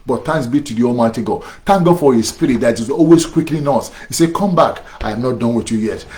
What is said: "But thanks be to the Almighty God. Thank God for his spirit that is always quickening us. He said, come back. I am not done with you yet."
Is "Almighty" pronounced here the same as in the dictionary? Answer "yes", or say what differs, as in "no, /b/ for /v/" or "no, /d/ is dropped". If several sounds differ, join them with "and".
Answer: yes